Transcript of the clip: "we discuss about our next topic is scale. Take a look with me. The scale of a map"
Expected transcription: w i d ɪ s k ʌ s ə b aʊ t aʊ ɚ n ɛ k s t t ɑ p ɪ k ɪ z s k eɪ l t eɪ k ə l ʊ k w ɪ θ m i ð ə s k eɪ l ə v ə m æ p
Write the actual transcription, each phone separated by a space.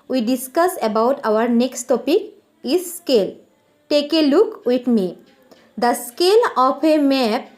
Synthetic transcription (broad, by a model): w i d ɪ s k ʌ s ə b aʊ t aʊ ɚ n ɛ k s t t ɑ p ɪ k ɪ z s k eɪ l t eɪ k ə l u k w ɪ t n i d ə s k eɪ l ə p ə m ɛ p